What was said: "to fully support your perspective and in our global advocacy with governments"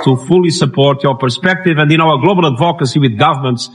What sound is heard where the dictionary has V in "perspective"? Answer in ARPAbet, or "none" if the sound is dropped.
V